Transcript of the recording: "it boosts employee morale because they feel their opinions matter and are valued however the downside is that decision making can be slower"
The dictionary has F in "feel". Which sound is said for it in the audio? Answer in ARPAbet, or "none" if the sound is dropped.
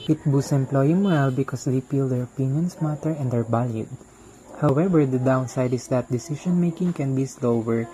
P